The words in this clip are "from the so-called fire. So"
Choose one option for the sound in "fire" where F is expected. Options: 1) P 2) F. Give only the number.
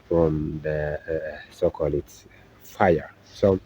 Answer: 2